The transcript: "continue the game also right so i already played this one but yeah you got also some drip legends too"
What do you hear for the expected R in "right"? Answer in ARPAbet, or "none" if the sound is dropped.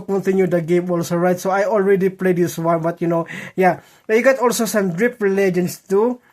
R